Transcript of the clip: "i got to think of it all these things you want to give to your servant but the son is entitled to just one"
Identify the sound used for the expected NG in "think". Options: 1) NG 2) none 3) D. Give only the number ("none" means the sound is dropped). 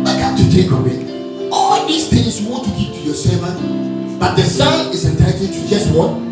2